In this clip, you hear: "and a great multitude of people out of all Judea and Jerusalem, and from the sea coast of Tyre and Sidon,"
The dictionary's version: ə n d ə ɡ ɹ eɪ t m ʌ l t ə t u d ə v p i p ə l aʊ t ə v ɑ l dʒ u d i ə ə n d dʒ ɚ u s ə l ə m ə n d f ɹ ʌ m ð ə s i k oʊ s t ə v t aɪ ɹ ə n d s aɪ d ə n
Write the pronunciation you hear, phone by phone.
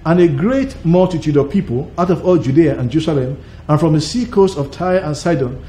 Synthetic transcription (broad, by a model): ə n ə ɡ ɹ eɪ t m ʌ l t ə t u d ə v p i p ə l aʊ t ə v ɑ l dʒ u d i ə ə n dʒ ɚ u s ə l ə m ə n f ɹ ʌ m ð ə s i k oʊ s t ə v t aɪ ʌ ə n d s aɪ d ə n